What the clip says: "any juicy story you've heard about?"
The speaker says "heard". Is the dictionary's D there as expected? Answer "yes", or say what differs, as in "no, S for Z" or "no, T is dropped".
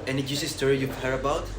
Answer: no, D is dropped